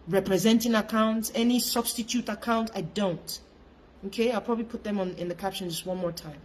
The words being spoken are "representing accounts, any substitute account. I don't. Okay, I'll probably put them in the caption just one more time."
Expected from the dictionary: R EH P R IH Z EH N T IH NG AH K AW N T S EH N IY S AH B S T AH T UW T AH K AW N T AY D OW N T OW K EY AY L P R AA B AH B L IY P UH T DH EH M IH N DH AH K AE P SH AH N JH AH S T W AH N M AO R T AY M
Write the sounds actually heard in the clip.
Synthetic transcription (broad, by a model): R EH P R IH Z EH N T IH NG AH K AW N T S EH N IY S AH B S T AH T UW T AH K AW N T AY D OW N T OW K EY AY L P R AA B AH B L IY P UH T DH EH M IH N DH AH K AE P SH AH N JH AH S T W AH N M AO R T AY M